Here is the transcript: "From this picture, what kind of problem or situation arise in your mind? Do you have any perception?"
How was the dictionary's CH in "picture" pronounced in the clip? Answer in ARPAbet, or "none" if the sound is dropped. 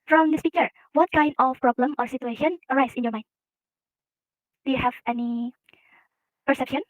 none